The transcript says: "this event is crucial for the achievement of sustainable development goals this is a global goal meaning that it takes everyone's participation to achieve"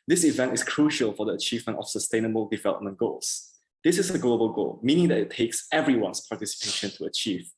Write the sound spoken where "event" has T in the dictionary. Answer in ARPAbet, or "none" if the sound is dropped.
T